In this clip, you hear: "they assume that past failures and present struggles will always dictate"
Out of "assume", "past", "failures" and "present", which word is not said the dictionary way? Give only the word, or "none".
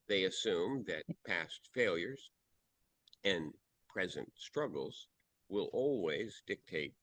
none